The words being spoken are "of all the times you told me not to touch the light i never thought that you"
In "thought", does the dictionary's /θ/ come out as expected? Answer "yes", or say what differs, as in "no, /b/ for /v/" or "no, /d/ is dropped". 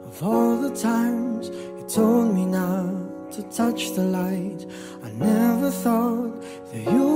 yes